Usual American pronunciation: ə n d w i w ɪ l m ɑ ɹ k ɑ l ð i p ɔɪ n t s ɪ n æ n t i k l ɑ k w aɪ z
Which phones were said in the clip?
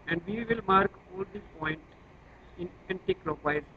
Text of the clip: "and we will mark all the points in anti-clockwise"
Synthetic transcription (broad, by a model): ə n d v i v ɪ l m ɑ ɹ k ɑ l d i p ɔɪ n t ɪ n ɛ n t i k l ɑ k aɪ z